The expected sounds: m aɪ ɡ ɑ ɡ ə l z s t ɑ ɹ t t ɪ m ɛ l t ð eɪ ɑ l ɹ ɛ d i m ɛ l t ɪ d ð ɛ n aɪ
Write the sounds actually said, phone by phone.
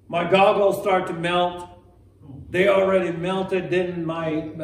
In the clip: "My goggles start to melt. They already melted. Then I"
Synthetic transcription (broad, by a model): m aɪ ɡ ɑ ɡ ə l s t ɑ ɹ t t ɪ m ɛ l t ð eɪ ɑ l ɹ ɛ d i m ɛ l t ɪ d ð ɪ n aɪ